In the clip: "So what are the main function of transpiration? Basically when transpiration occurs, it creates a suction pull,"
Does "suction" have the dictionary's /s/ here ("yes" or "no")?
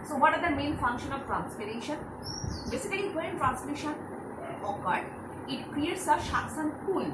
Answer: no